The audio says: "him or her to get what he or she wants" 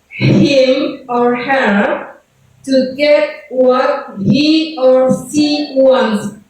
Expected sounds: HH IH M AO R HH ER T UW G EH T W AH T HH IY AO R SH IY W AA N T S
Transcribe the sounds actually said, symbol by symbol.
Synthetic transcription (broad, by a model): HH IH M AO R HH ER T UW G EH T W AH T HH IY AO R S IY W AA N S